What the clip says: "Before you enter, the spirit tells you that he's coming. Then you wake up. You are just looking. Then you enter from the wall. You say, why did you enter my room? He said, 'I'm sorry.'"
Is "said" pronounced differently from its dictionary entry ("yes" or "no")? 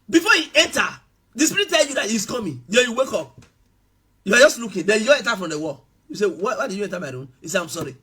yes